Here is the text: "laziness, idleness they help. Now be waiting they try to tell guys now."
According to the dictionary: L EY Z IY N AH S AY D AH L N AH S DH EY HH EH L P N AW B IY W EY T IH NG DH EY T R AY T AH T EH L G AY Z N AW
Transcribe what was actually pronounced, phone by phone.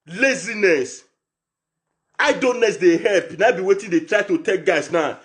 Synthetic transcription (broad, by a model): L EY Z IY N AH S AY D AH N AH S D EY HH EH L P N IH B IY W EY T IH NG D EY T R AY T AH T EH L G AY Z N AW